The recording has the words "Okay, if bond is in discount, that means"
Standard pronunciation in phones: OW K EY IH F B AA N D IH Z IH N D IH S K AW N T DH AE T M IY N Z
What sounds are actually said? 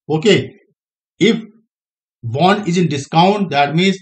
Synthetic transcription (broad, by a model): OW K EY IH F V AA N IH Z IH N D IH S K AW N T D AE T M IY N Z